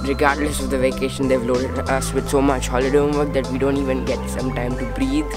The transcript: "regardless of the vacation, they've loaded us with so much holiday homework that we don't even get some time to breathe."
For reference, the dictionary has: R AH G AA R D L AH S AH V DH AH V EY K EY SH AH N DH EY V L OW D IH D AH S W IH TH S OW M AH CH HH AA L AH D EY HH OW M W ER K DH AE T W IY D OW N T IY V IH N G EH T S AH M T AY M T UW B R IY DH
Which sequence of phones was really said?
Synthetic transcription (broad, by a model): R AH G AA R D L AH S AH V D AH V EY K EY SH AH N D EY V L OW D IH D AH S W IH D S OW M AH CH HH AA L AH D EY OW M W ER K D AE T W IY D OW N T IY V IH N G EH T S AH M T AY M T UW B R IY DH